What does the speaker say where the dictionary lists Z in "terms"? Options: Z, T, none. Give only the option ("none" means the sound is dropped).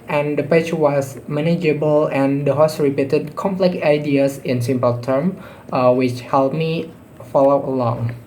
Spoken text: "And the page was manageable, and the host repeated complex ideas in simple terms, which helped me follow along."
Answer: none